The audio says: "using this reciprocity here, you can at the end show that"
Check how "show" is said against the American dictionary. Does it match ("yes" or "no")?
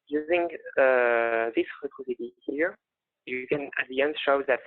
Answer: yes